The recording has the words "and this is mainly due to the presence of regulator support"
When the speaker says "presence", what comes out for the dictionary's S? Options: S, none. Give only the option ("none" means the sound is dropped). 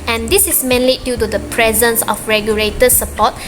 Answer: S